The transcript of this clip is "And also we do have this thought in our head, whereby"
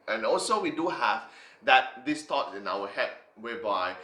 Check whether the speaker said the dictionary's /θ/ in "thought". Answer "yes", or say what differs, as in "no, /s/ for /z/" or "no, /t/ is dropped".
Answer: no, /t/ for /θ/